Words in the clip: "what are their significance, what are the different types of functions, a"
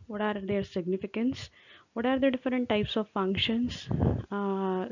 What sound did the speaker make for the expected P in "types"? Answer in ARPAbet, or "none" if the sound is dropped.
P